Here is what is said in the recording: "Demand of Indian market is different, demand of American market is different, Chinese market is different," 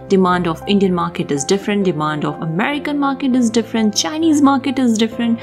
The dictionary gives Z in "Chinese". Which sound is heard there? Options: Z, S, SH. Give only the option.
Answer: Z